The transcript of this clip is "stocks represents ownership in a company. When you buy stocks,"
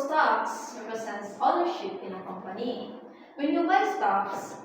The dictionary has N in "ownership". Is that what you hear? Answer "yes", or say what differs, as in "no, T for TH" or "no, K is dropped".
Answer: no, L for N